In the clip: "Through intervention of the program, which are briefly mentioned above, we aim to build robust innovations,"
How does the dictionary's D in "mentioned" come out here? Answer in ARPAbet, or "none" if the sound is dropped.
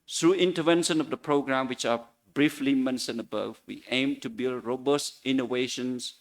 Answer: none